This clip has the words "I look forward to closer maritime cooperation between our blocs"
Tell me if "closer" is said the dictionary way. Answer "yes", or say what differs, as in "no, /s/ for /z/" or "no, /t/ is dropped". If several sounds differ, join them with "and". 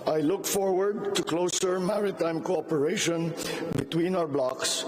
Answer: yes